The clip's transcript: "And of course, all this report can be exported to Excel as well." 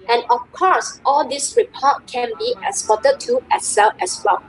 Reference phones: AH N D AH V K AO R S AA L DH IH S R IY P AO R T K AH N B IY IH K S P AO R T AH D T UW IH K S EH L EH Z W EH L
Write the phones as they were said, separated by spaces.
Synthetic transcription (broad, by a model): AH N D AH F K AO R S AA L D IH S R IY P AO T K AH N B IY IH S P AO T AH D T UW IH S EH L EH S W EH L